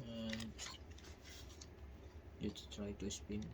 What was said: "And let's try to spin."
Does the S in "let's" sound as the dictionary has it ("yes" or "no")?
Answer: no